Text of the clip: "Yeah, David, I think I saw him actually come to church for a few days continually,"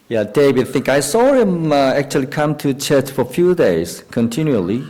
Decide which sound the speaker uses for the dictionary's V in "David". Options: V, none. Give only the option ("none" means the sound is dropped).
none